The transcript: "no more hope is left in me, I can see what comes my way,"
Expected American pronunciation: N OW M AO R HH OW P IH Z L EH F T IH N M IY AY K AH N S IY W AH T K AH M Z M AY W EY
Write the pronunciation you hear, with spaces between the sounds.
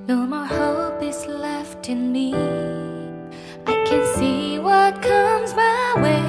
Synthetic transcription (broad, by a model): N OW M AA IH HH OW P IH Z L EH F T IH N M IY AY K AH N S IY W AH T K AH M Z M AY W EY